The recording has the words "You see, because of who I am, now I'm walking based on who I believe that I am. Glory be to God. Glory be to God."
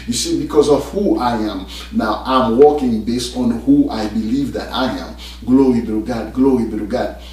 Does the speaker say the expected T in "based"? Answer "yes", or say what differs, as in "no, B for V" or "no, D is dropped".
yes